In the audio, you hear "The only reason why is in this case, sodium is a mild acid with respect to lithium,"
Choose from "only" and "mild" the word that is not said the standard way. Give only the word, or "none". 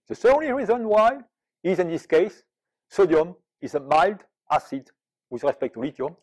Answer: none